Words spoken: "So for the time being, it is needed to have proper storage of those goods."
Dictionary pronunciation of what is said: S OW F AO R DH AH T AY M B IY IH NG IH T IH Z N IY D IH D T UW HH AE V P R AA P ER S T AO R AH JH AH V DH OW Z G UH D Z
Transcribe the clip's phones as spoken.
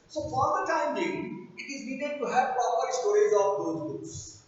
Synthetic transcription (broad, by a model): S OW F AO R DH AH T AY M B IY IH IH T IH Z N IY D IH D T UW HH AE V P R AA P ER S T AO R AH Z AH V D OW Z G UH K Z